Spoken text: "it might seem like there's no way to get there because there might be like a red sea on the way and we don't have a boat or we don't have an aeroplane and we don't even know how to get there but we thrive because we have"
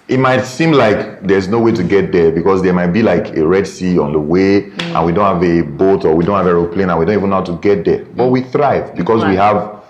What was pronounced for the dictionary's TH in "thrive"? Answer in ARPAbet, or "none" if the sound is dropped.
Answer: TH